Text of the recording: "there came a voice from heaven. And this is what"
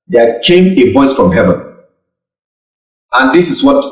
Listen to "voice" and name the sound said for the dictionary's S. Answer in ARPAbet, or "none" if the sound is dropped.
S